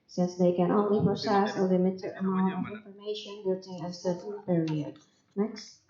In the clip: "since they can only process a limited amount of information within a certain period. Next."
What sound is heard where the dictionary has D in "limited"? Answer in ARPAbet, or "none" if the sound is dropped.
none